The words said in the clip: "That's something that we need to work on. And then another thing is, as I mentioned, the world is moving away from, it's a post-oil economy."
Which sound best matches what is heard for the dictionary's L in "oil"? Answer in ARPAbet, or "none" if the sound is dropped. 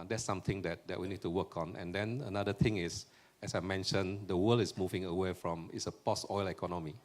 L